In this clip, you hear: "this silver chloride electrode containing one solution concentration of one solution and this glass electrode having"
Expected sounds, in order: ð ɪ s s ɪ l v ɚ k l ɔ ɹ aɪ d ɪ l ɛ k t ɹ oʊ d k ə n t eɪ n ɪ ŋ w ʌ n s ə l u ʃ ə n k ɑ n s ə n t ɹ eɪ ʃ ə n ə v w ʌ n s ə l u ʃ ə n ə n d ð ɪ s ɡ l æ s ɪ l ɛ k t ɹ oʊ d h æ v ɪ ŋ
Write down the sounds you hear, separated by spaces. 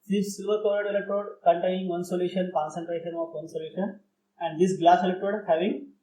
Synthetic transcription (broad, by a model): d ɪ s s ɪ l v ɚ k ɔ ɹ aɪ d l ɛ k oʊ d k ə n t eɪ n ɪ ŋ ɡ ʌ n s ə l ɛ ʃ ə n k ɑ n s ə n t ɹ eɪ ʃ ə n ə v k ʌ n s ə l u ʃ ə n ə n d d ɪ s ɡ l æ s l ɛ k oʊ d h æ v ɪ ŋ